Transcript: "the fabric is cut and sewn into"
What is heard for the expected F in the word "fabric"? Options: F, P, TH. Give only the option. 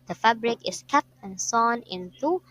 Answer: F